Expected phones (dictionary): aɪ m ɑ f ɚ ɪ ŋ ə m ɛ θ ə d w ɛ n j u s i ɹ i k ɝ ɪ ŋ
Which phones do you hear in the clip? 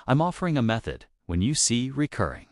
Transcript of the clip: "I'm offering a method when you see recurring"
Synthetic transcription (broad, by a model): aɪ m ɑ f ɚ ɪ ŋ ə m ɛ θ ə d w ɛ n j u s i ɹ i k ɝ ɪ ŋ